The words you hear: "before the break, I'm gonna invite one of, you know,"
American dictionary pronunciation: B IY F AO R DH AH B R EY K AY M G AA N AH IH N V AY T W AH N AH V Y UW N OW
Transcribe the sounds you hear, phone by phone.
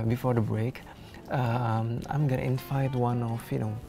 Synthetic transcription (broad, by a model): B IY F AO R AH B R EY K AY M G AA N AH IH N F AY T W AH N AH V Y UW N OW